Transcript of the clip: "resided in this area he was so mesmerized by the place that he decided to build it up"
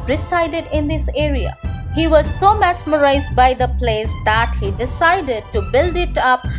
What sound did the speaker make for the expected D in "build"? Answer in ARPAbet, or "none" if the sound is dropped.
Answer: D